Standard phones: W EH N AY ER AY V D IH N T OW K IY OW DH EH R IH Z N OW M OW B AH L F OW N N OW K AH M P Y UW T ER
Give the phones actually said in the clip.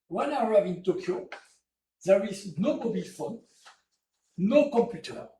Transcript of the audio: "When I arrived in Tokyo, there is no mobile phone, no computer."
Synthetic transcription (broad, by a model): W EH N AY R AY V IH N T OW K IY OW DH EH R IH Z N OW M OW B AH L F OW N N OW K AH M P Y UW T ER